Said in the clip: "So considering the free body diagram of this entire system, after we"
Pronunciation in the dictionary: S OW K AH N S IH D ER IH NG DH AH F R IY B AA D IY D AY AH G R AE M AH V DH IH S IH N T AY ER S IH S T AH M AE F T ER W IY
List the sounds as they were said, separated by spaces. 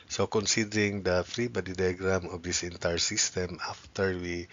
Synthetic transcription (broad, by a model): S OW K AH N S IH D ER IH NG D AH F R IY B AA D IY D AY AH G R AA M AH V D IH S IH N T AY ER S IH S T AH M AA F T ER W IY